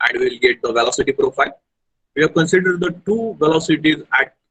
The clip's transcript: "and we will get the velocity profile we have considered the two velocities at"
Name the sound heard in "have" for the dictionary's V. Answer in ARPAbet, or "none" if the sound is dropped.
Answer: V